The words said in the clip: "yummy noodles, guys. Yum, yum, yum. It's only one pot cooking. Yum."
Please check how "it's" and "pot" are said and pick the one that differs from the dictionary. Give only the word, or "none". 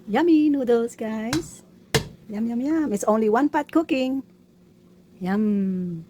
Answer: none